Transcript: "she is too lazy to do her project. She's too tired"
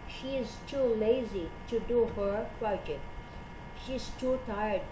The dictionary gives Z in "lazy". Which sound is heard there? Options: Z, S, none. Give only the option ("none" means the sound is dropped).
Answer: Z